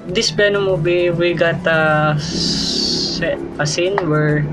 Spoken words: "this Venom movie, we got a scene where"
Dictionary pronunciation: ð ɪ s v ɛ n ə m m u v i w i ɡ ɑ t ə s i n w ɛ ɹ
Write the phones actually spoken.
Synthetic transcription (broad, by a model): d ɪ s b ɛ n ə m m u b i w i ɡ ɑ t ə s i n w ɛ ɹ